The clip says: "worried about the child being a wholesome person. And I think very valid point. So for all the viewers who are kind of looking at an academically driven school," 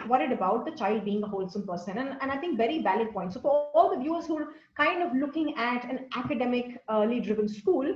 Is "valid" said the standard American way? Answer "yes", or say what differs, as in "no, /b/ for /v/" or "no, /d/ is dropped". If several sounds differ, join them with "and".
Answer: no, /b/ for /v/